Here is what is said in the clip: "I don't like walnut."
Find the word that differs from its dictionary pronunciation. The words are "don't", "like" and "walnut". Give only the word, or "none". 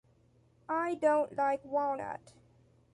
walnut